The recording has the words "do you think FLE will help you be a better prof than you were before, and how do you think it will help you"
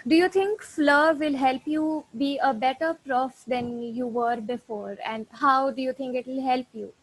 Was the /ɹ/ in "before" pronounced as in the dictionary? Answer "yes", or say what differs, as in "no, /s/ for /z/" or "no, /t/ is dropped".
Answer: yes